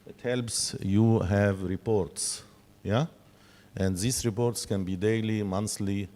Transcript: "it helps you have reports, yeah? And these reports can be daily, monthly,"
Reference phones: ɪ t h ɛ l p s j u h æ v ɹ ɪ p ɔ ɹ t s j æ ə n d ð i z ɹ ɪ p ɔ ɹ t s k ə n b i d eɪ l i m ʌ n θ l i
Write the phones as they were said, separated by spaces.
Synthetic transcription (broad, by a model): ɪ t h ɛ l p s j u h æ v ɹ ɪ p ɔ ɹ t s j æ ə n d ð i s ɹ ɪ p ɔ ɹ t s k ə n b i d eɪ l i m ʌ n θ l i